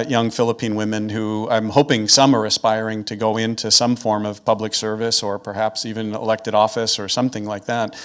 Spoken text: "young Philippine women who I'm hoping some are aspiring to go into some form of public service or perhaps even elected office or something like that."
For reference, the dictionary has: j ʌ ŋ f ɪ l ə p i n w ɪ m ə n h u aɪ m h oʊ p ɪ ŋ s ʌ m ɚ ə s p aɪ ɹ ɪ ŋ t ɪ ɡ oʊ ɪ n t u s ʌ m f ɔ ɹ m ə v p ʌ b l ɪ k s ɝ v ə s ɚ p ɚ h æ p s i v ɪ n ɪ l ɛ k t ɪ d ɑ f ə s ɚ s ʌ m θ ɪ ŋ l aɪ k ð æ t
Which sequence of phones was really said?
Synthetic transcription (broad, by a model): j ʌ ŋ f ɪ l ə p i n w ɪ m ə n h u aɪ m h oʊ p ɪ ŋ s ʌ m ɚ ə s p aɪ ɹ ɪ ŋ t ɪ ɡ oʊ ɪ n t u s ʌ m f ɔ ɹ m ə v p ʌ b l ɪ k s ɝ v ə s ɚ p ɚ h æ p s i v ɪ n ɪ l ɛ k t ɪ d ɑ f ə s ɚ s ʌ m θ ɪ ŋ l aɪ k ð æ t